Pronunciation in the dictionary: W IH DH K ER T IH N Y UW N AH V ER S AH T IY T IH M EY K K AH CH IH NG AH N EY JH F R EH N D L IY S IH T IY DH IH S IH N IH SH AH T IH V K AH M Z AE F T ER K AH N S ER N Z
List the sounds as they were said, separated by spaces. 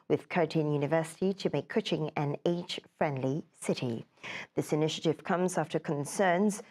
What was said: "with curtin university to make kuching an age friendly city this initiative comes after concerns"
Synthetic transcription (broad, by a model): W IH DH K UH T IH N Y UW N AH V ER S AH T IY T IH M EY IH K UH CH IH NG AH N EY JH F R EH N D L IY S IH T IY DH IH S IH N IH SH AH T IH V K AH M Z AE F T ER K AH N S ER N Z